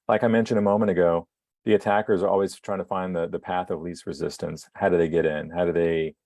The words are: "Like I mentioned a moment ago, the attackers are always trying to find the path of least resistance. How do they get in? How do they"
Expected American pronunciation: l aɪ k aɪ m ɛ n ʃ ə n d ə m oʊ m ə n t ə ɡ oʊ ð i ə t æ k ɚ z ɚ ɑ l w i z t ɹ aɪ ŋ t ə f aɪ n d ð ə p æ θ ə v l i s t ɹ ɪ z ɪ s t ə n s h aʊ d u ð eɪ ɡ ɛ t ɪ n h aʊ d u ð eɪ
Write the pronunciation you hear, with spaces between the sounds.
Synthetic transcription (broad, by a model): l aɪ k aɪ m ɛ n ʃ ə n d ə m oʊ m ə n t ə ɡ oʊ ð i ə t æ k ɚ z ɚ ɑ l w i z t ɹ aɪ ŋ t ə f aɪ n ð ð ə p æ θ ə v l i s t ɹ ɪ z ɪ s t ə n s h aʊ d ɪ ð eɪ ɡ ɛ t ɪ n h aʊ d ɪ ð eɪ